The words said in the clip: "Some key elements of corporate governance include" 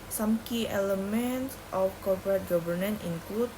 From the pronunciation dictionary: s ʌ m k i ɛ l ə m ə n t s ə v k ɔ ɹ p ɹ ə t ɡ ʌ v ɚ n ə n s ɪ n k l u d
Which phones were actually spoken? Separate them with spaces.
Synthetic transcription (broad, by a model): s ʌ m k i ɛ l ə m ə n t s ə f k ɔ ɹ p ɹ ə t ɡ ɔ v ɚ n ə n ɪ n k l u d